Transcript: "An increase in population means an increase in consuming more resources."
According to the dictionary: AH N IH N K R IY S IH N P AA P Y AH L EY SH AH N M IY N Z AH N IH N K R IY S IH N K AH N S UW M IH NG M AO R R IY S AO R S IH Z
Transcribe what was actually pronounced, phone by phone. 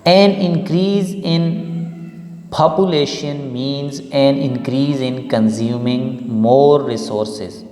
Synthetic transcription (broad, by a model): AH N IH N K R IY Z IH N P AA P Y AH L EY SH AH N M IY N Z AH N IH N K R IY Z IH N K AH N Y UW M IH NG M AO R R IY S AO R S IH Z